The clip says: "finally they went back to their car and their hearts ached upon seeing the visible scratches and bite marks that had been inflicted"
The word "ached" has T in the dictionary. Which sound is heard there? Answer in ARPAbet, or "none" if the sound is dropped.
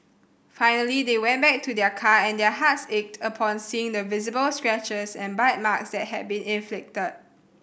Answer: T